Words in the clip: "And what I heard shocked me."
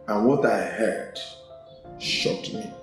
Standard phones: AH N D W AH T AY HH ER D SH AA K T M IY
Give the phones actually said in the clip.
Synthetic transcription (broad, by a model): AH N W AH T AY HH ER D SH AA T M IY